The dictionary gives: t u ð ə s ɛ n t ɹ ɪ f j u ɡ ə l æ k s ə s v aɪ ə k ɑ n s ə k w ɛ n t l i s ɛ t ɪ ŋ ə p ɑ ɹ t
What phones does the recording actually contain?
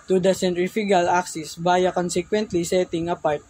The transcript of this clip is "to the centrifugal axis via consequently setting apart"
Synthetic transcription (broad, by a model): t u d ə s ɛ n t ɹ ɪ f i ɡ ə l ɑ k s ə s b aɪ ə k ɑ n s ə k w ɛ n t l i s ɛ t ɪ ŋ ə p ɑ ɹ t